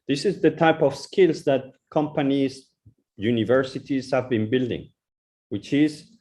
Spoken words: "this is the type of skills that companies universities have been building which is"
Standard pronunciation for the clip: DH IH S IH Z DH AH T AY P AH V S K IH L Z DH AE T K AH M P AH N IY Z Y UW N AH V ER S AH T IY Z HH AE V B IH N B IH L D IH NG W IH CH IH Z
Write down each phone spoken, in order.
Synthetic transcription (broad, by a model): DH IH S IH Z DH AH T AY P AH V S K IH L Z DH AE T K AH M P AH N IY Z Y UW N AH V ER S AH T IY Z HH AE V B IH N B IH L D IH NG W IH CH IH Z